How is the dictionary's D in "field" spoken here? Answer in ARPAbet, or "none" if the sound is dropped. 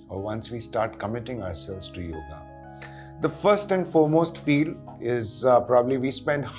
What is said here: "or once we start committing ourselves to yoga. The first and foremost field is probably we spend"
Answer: none